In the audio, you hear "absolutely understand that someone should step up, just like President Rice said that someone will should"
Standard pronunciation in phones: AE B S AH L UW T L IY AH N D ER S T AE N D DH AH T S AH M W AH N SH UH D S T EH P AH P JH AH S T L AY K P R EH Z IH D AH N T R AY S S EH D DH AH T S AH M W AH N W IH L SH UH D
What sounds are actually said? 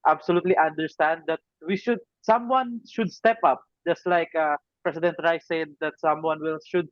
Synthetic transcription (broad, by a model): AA B S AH L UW T L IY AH N D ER S T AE N D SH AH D S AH M W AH N SH UH D S T EH P AH P JH AH S T L AY K P R EH S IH D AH N T R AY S S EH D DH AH T S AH M W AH N W IH L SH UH D